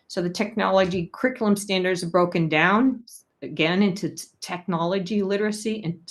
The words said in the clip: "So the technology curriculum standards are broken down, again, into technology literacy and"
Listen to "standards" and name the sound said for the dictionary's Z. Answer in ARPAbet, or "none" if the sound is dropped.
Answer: Z